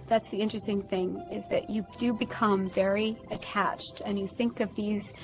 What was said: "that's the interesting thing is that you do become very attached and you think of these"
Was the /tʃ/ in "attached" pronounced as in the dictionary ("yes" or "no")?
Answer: yes